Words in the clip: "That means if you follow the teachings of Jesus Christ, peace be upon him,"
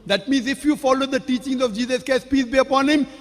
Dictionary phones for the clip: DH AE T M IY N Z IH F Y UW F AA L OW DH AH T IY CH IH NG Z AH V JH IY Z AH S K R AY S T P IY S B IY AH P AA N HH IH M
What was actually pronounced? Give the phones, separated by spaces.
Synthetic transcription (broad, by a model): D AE T M IY N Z IH F Y UW F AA L OW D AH T IY CH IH NG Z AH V JH IY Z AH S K AY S P IY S B IY AH P AA N HH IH M